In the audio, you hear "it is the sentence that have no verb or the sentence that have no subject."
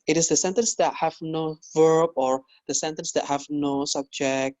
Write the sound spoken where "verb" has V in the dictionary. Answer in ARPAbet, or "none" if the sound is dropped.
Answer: V